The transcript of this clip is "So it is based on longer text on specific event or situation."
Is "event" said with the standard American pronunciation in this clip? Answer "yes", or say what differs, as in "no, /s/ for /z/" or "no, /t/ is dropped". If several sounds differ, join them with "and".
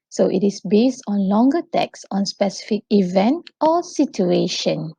yes